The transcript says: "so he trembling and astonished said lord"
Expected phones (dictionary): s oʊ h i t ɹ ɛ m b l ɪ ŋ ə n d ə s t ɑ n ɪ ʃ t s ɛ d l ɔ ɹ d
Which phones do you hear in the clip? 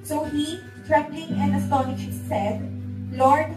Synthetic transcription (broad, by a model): s oʊ h i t ɹ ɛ b l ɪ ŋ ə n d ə s t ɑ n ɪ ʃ s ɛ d l ɔ ɹ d